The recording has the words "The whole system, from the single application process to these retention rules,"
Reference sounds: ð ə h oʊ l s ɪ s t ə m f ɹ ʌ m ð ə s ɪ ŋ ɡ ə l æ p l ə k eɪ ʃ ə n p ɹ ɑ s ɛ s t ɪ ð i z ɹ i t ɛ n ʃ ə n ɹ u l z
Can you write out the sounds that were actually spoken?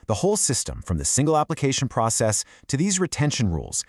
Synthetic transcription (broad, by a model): ð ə h oʊ l s ɪ s t ə m f ɹ ʌ m ð ə s ɪ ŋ ɡ l æ p l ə k eɪ ʃ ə n p ɹ ɑ s ɛ s t ɪ ð i z ɹ i t ɛ n ʃ ə n ɹ u l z